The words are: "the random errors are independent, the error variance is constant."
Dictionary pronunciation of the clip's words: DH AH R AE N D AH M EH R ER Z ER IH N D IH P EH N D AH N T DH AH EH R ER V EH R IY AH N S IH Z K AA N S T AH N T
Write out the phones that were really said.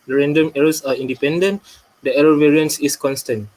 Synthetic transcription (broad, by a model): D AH R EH N D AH M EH R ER S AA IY N D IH P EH N D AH N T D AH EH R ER V EH R IY AH N S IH S K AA N S T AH N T